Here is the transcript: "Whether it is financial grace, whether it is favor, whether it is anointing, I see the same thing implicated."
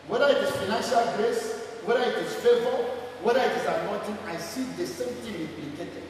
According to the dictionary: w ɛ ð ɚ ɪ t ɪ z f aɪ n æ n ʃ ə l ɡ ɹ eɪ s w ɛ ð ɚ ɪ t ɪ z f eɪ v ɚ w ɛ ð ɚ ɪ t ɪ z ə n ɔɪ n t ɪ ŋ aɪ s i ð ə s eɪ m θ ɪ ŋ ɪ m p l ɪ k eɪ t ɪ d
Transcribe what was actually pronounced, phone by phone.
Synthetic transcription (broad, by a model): w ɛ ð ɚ ɪ t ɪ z f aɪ n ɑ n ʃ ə l ɡ ɹ eɪ s w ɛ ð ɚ ɪ t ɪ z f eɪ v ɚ w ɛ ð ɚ ɪ t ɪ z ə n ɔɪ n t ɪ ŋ aɪ s i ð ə s eɪ m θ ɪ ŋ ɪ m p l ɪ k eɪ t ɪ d